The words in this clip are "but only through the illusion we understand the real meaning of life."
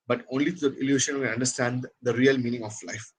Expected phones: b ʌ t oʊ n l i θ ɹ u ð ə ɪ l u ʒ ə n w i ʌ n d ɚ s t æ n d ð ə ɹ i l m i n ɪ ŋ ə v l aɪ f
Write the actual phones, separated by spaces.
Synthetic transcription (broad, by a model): b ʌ t oʊ n l i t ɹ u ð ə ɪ l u ʃ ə n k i ʌ n d ɚ s t æ n d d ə ɹ i l m i n ɪ ŋ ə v l aɪ f